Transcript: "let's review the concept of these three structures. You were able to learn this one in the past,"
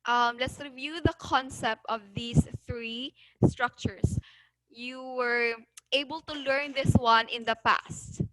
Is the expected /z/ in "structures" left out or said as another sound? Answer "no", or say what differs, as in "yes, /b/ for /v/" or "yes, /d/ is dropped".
yes, /s/ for /z/